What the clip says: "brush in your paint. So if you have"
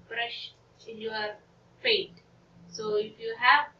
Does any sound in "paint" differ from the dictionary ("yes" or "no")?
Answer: yes